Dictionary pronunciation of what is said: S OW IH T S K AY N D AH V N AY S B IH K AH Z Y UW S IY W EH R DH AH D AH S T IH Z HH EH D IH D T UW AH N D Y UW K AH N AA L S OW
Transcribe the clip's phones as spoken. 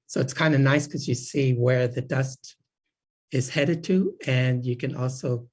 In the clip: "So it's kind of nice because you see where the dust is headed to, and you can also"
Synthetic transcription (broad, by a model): S OW IH T S K AY N D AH N AY S K AH Z Y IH S IY W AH R DH AH D AH S T IH Z HH EH D IH D T UW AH N Y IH K AH N AA L S OW